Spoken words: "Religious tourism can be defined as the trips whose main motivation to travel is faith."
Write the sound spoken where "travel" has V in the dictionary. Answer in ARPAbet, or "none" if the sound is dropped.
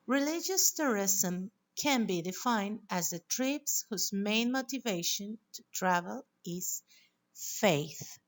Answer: V